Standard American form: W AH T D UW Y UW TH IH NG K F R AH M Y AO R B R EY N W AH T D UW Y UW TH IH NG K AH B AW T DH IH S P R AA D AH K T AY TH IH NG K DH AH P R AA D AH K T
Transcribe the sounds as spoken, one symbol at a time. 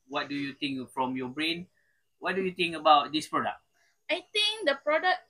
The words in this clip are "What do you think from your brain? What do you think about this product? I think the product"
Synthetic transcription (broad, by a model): W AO T D UW Y UW T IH NG K F R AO M Y AO B R EY N W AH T D UW Y UW T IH NG K AH B AW T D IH S P R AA D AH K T AY T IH NG K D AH P R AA D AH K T